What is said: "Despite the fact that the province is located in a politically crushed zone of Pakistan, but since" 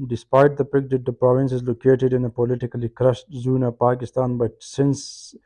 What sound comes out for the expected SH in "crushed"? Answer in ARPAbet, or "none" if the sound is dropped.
S